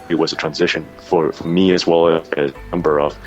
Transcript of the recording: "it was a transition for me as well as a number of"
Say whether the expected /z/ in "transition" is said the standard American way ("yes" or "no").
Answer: yes